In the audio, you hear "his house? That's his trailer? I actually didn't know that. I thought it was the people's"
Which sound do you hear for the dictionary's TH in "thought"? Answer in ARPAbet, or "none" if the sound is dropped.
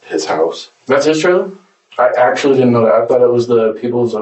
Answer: TH